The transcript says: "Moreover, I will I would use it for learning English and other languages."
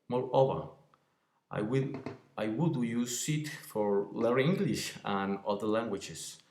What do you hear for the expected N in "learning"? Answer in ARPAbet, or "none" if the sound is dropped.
none